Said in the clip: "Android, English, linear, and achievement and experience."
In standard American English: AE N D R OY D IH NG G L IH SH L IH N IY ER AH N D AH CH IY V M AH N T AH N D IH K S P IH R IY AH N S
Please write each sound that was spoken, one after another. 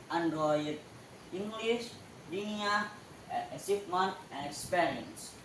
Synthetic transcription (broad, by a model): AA N D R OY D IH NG G L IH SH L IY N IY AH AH S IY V M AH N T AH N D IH K S P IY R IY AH N S